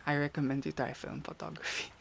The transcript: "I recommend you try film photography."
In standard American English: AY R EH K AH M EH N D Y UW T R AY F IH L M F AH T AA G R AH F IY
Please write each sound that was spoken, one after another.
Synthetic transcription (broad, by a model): AY R EH K AH M EH N D Y UW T AY F IH L M F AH T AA G R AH F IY